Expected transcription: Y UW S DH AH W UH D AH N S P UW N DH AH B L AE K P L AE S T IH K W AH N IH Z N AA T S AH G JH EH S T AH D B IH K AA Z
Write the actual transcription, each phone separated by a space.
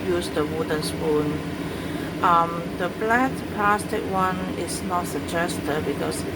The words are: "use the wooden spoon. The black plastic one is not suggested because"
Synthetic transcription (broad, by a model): Y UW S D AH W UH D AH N S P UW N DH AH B L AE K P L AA S T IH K W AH N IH S N AA T S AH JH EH S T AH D B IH K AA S